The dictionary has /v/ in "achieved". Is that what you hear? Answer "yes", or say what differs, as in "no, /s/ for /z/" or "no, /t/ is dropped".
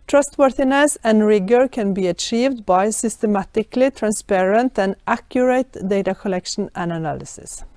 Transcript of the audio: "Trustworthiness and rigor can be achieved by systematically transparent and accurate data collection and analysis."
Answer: yes